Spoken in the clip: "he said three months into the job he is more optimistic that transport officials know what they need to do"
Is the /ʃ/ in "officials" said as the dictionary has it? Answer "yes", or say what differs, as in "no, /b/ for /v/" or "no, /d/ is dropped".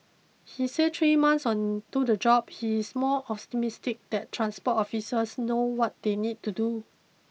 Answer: no, /s/ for /ʃ/